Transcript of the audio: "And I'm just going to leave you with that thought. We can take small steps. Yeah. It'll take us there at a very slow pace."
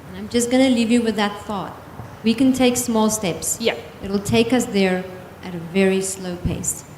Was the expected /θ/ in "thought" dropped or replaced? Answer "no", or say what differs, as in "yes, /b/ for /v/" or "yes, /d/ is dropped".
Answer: no